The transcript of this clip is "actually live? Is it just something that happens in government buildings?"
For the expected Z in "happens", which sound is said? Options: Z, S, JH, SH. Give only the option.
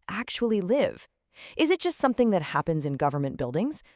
Z